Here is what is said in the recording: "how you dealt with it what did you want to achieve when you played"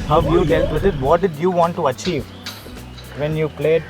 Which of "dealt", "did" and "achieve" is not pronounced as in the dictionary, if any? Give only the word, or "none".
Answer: dealt